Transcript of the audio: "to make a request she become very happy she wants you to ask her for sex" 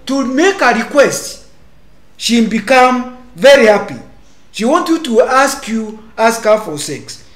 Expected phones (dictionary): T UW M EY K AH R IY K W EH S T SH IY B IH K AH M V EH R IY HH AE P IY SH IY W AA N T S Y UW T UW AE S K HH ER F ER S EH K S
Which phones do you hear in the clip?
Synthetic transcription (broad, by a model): T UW M EY K AH R IY K W EH S T SH IY B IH K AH M V EH R IY HH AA P IY SH IY W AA N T Y UW T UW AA S K HH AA F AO S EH K S